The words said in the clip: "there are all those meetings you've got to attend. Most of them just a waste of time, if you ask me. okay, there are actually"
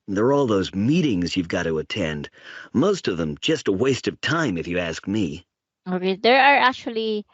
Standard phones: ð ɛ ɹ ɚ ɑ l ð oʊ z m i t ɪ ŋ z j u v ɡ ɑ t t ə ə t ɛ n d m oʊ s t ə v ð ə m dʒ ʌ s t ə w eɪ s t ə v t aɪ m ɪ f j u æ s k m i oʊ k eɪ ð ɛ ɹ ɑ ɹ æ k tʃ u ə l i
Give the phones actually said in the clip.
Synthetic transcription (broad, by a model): ð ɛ ɹ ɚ ɑ l ð oʊ z m i t ɪ ŋ z j u v ɡ ɑ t t ə ə t ɛ n d m oʊ s t ə v ð ə m dʒ ʌ s t ə w eɪ s t ə v t aɪ m ɪ f j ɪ æ s k m i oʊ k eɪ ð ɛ ɹ ɑ ɹ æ k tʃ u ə l i